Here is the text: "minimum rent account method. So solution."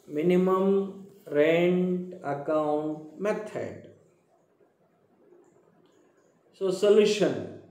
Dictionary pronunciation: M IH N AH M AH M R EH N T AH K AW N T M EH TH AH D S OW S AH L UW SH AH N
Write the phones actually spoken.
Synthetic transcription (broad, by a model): M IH N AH M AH M R EH N T AH K AW N T M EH T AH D S OW S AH L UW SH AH N